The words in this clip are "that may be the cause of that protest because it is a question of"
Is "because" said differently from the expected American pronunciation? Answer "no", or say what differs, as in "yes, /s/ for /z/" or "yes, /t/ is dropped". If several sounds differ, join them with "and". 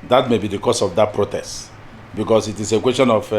yes, /s/ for /z/